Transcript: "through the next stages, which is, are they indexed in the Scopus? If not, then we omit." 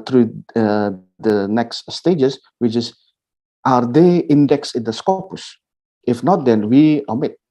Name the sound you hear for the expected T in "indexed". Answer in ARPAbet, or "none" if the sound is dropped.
none